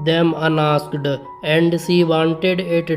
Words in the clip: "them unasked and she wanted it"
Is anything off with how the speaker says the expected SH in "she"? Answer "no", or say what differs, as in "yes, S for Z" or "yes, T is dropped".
yes, S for SH